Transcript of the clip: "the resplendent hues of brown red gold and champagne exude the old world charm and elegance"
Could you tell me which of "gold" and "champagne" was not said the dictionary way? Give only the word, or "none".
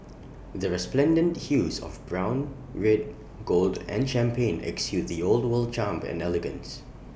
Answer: none